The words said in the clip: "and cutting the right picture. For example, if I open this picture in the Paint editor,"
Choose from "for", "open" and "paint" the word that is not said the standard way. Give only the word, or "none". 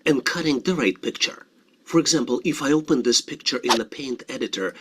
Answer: none